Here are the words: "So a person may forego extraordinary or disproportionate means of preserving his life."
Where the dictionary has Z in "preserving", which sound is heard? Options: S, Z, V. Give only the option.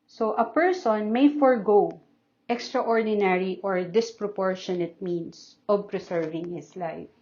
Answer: S